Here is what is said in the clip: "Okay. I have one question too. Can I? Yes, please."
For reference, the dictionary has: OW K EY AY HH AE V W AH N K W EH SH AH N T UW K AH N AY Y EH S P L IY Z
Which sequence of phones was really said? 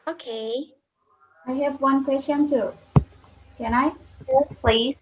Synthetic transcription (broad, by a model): OW K EY AY HH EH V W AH N K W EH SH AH N T UW K AH N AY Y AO P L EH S